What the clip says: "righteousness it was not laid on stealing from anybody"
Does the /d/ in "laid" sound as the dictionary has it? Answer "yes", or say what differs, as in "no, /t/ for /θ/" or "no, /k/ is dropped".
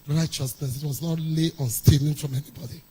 no, /d/ is dropped